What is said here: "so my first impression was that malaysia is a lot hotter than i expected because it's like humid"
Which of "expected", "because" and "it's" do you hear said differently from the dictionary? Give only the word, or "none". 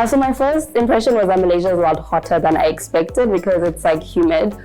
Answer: none